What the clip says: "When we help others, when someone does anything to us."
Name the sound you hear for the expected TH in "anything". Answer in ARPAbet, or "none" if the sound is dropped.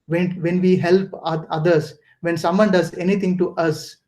T